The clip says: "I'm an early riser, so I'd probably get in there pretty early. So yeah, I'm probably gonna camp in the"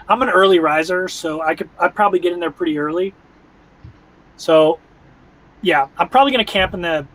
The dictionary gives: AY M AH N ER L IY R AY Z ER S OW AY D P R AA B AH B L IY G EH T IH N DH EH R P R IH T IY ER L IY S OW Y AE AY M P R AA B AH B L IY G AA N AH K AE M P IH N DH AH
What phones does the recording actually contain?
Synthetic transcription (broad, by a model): AY M AH N ER L IY R AY Z ER S OW AY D P R AA B AH B L IY G EH T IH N DH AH R P R IH T IY ER L IY S OW Y AE AY M P R AA B AH B L IY G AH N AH K AE M P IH N DH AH